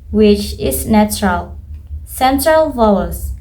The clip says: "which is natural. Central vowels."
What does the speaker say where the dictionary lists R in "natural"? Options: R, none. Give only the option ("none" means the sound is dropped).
R